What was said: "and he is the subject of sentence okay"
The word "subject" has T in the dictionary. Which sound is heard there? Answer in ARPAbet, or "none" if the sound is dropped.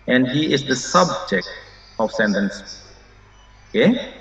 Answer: T